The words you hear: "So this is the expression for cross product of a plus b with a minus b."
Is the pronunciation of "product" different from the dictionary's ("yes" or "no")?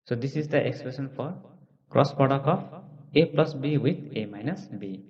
yes